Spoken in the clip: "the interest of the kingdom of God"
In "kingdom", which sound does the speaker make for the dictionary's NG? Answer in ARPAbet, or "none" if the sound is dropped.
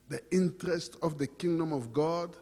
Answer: NG